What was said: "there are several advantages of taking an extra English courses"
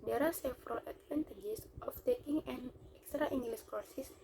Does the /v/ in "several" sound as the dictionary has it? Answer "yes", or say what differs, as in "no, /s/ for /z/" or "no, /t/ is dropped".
no, /f/ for /v/